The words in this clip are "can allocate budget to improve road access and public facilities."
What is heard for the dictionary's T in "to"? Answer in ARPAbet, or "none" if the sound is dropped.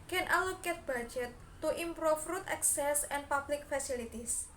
T